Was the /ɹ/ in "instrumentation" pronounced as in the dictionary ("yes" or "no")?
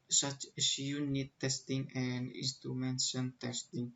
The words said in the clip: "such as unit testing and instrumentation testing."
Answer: no